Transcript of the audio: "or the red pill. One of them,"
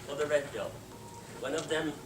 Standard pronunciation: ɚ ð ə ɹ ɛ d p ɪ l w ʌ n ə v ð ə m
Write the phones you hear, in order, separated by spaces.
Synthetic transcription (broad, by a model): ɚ ð ə ɹ ɛ d b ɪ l w ʌ n ə v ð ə m